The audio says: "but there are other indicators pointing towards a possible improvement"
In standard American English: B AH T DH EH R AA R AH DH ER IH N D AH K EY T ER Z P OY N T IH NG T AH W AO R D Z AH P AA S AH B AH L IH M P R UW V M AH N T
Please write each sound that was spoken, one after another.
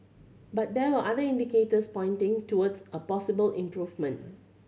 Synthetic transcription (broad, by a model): B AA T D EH W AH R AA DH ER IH N D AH K EY T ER S P OY N T IH NG T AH W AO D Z AH P AA S AH B AH L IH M P R UW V M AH N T